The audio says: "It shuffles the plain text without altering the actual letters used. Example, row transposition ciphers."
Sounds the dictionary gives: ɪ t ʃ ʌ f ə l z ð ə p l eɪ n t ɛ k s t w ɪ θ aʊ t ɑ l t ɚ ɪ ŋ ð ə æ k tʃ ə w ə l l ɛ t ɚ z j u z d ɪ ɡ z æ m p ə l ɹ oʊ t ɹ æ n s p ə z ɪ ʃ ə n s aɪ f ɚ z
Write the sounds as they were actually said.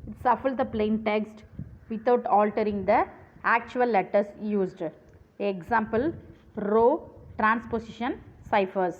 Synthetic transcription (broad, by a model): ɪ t s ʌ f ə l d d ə p l eɪ n t ɛ k s t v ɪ t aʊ t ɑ l t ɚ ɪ ŋ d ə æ k tʃ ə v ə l l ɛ t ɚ s j u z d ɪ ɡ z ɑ m p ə l ɹ oʊ t ɹ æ n s p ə s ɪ ʃ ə n s aɪ f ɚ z